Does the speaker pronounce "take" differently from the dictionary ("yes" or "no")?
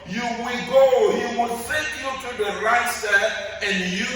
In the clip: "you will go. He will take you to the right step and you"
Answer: yes